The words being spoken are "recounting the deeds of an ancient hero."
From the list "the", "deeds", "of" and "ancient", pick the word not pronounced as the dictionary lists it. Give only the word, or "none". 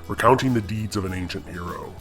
none